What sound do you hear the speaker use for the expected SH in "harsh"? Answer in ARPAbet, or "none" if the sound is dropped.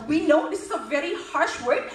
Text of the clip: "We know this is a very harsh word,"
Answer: SH